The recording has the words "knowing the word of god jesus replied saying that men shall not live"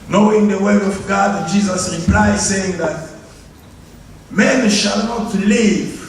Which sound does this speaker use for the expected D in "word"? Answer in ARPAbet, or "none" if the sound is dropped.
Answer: none